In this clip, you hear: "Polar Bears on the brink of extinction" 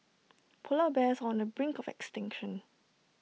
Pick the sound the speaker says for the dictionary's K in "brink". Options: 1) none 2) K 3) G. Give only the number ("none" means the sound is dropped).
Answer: 2